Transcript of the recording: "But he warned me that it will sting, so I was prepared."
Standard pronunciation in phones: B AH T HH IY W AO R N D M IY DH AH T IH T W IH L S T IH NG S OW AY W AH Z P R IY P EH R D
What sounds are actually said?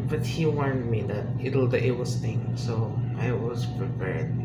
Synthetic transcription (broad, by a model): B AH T HH IY W AO R N D M IY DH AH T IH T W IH W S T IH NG S OW AY W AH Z P R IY P EH R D